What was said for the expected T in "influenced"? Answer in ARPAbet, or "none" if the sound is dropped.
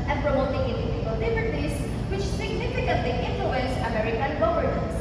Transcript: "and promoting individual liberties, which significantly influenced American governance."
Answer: none